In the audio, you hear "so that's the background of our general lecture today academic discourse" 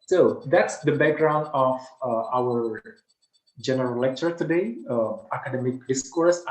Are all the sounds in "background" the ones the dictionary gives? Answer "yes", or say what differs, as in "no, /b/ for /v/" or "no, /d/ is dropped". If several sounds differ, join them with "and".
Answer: yes